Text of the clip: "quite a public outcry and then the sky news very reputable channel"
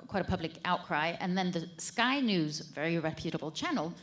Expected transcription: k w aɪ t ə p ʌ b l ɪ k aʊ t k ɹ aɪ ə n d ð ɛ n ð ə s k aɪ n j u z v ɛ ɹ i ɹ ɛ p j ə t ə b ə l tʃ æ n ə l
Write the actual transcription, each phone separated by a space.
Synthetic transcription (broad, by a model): k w aɪ t ə p ʌ b l ɪ k aʊ t k ɹ aɪ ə n ð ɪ n ð ə s k aɪ n j u z v ɛ ɹ i ɹ ɛ p j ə t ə b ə l tʃ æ n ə l